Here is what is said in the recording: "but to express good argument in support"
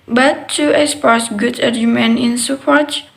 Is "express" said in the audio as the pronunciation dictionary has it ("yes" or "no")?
no